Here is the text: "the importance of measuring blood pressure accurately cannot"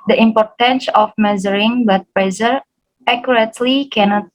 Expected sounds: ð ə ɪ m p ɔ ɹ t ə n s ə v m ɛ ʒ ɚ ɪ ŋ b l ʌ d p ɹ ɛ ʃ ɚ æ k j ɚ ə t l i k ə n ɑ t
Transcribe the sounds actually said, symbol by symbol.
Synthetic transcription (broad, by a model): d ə ɪ m p ɔ ɹ t ə n s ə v m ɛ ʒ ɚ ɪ ŋ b ʌ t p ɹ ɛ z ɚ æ k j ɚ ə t l i k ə n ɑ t